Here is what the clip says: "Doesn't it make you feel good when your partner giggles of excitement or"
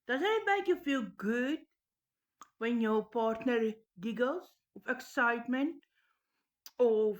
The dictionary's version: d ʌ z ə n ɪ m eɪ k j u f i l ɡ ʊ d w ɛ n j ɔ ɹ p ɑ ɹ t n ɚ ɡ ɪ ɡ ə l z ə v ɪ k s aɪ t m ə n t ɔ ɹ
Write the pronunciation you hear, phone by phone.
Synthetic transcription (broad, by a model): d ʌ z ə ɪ m eɪ k j u f i l ɡ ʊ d w ɛ n j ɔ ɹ p ɑ ɹ t n ɚ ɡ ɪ ɡ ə l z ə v ɪ k s aɪ t m ə n t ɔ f